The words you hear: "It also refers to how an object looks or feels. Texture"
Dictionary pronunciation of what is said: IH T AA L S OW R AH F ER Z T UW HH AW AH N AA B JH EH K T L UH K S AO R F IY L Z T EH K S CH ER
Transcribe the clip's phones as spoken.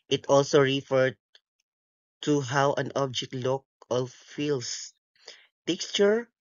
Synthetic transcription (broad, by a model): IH T AA L S OW R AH F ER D T UW HH AW AH N AA B JH EH K T L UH K AO L F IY L S T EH K S CH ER